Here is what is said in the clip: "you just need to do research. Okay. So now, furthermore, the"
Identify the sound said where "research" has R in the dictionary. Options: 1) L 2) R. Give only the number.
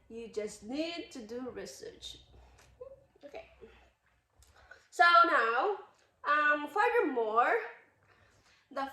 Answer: 2